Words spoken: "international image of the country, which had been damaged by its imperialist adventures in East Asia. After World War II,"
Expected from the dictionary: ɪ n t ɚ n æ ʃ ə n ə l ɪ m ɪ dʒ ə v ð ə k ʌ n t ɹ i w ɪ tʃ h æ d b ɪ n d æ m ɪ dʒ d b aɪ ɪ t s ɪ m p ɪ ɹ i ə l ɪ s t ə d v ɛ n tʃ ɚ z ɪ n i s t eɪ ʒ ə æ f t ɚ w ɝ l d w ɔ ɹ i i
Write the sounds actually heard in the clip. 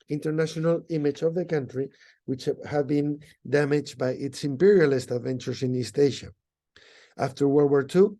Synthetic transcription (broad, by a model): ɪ n t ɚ n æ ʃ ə n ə l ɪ m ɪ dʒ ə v ð ə k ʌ n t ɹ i w ɪ tʃ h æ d b ɪ n d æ m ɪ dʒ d b aɪ ɪ t s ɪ m p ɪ ɹ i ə l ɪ s t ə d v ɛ n tʃ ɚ s ɪ n i s t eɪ ʃ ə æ f t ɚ w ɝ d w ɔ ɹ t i